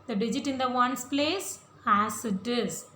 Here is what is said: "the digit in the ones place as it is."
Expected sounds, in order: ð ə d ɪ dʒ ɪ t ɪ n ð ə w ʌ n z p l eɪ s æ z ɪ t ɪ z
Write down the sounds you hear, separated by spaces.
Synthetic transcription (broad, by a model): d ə d ɪ dʒ ɪ t ɪ n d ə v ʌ n s p l eɪ s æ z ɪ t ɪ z